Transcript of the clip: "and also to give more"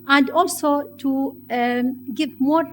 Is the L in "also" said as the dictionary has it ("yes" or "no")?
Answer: yes